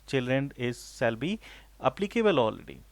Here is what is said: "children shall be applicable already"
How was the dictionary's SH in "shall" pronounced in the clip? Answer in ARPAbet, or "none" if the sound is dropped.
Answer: S